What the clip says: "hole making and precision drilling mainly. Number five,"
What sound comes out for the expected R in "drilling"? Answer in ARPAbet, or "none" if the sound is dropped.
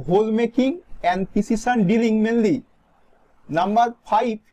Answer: none